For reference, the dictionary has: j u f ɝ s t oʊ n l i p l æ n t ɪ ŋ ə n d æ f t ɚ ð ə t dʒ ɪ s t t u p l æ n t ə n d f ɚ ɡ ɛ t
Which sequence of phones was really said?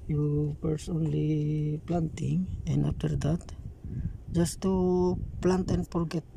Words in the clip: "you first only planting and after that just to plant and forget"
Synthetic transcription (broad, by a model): j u p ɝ s oʊ n l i p l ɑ n t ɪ ŋ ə n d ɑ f t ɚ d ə t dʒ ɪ s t t u p l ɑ n t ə n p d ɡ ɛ t